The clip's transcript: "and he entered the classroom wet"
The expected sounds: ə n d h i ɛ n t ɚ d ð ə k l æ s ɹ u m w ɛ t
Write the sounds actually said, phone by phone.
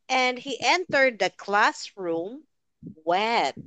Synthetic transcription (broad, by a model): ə n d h i ɛ n t ɚ d ð ə k l æ s ɹ u m w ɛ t